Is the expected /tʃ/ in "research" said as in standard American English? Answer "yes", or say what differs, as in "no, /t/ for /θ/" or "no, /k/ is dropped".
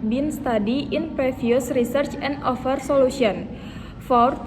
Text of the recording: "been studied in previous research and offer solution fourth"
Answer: yes